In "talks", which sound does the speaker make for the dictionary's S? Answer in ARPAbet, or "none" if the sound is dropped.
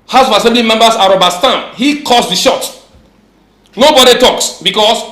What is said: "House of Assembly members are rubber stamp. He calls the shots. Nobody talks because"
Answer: S